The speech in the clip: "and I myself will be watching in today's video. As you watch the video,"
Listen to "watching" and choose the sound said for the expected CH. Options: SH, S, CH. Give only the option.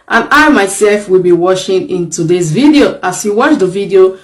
SH